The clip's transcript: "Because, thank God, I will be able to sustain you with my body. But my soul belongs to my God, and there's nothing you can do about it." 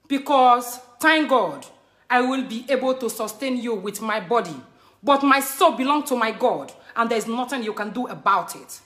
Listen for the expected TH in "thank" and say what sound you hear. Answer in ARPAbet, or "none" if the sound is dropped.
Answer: T